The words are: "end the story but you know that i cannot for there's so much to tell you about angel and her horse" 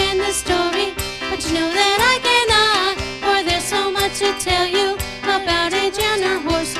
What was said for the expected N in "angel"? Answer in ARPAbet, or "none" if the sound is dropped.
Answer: none